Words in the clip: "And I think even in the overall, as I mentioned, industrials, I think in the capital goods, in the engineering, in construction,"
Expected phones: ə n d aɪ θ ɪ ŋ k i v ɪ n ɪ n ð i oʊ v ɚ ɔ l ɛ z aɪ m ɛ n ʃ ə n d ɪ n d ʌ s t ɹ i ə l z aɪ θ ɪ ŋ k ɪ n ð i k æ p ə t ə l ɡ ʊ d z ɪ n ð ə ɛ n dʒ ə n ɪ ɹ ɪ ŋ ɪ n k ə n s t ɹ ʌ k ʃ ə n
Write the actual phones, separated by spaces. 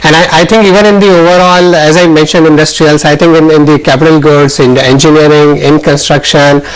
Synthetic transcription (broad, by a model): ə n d aɪ t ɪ ŋ k i v ɪ n ɪ n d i oʊ v ɚ ɔ l ɛ z aɪ m ɛ n ʃ ə n d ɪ n d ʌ s t ɹ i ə l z aɪ t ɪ ŋ k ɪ n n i k æ p ə t ə l ɡ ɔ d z ɪ n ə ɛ n dʒ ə n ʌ ɹ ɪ ŋ ɪ n k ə n s t ɹ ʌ k ʃ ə n